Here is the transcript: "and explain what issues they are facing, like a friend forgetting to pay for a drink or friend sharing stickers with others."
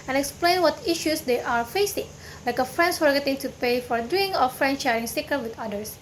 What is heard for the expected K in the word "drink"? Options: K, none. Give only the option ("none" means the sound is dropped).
none